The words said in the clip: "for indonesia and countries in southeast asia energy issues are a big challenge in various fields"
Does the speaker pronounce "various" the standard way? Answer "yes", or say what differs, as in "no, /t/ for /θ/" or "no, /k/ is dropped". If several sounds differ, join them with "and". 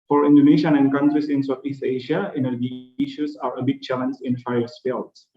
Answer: no, /f/ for /v/ and /ɹ/ is dropped